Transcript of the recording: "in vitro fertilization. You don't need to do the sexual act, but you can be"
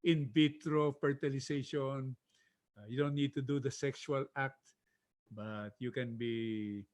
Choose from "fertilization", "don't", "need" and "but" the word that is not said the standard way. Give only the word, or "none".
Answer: fertilization